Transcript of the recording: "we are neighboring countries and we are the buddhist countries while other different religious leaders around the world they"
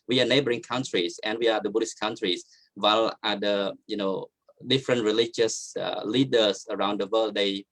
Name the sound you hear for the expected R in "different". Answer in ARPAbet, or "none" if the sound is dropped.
R